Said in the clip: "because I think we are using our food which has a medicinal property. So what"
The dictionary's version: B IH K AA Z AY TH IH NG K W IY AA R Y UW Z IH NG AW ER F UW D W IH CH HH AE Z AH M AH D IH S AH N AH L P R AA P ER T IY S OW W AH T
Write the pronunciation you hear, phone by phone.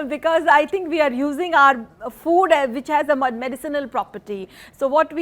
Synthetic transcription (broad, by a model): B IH K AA Z AY T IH NG K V IY AA R Y UW Z IH NG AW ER F UW D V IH CH HH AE Z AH M AH D IH S AH N AH L P R AA P ER T IY S OW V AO T